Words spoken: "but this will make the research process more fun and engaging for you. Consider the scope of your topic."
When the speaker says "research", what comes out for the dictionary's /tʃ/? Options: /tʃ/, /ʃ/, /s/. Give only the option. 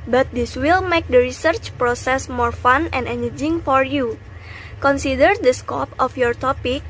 /tʃ/